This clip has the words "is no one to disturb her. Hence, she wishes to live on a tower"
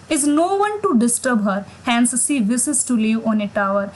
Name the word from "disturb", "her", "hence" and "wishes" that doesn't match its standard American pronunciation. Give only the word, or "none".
wishes